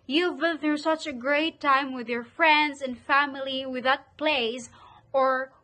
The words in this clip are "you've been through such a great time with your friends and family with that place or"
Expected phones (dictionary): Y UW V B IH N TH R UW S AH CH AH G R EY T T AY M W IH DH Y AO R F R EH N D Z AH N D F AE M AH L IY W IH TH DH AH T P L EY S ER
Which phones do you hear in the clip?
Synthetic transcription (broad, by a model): Y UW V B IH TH UW S AH CH AH G R EY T T AY M W IH DH Y AO R F R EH N D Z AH N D F AE M AH L IY W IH DH AH T P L EY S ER